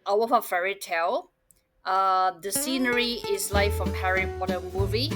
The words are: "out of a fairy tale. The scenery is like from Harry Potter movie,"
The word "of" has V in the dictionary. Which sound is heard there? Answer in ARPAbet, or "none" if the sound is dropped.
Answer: F